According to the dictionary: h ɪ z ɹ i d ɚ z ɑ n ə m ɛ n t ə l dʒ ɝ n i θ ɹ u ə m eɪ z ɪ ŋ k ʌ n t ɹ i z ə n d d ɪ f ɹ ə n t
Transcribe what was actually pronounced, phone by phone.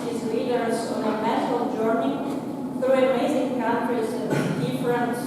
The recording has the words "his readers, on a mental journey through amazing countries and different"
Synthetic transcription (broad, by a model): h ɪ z l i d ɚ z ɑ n ə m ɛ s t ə l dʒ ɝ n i θ ɹ u ə m eɪ z ɪ ŋ k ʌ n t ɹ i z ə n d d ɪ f ɹ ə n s